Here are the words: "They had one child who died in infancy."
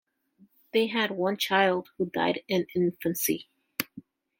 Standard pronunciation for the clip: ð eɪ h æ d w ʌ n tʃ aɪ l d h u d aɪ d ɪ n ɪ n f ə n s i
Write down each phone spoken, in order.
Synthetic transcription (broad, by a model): ð eɪ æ d w ʌ n tʃ aɪ l d h u d aɪ d ɪ n ɪ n f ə n s i